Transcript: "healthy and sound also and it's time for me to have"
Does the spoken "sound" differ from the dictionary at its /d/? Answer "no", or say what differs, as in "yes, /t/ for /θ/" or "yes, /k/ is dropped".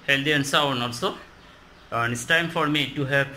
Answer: yes, /d/ is dropped